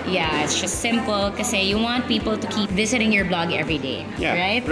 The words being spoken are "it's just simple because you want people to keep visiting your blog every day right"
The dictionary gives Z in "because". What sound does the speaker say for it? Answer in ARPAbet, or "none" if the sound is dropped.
none